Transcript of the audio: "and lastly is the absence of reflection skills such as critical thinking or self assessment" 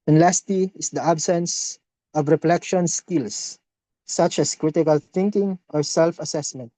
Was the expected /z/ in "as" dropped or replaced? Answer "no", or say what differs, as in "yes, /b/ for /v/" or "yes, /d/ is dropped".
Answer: yes, /s/ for /z/